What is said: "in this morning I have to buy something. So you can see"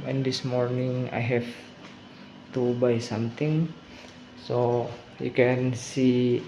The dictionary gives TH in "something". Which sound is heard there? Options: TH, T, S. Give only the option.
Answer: T